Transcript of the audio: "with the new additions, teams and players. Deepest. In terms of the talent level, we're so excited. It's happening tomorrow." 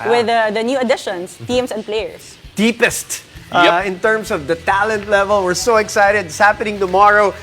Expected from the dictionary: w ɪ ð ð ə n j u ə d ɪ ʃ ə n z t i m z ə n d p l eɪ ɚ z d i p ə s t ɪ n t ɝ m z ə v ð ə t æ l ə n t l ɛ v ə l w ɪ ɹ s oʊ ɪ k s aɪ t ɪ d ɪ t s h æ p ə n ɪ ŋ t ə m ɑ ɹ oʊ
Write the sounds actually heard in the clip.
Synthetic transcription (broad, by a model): w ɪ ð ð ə n j u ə d ɪ ʃ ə n s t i m s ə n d p l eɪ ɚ s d i p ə s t ɪ n t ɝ m s ə v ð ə t æ l ə n t l ɛ v ə l w ɪ ɹ s oʊ ɪ k s aɪ t ɪ d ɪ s h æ p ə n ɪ ŋ t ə m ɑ ɹ oʊ